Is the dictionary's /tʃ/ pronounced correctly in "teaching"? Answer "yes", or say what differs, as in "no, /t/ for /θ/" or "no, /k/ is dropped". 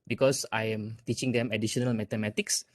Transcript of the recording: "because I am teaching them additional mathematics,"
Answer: yes